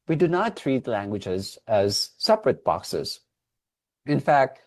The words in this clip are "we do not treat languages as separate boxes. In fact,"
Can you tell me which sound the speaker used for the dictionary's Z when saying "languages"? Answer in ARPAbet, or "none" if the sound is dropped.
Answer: Z